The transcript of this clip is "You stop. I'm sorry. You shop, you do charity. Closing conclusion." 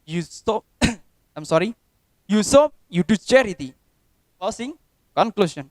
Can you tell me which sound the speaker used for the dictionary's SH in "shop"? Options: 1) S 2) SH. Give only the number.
1